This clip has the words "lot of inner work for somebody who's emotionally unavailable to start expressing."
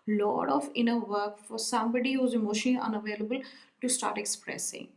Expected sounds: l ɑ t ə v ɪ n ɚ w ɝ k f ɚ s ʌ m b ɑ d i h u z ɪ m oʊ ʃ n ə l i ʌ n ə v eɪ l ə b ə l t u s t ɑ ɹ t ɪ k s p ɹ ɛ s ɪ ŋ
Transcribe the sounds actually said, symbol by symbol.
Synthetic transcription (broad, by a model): l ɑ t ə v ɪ n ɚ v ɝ k f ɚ s ʌ m b ɑ d i h u z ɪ m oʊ ʃ ə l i ʌ n ə v eɪ l ə b ə l t u s t ɑ ɹ t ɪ k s p ɹ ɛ s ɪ ŋ